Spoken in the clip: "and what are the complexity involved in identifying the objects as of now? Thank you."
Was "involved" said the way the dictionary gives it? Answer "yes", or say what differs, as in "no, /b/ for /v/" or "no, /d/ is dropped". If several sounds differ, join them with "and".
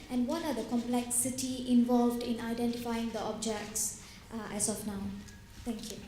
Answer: yes